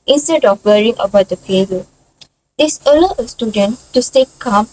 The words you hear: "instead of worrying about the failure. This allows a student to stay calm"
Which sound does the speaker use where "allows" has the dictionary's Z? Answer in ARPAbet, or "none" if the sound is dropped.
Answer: none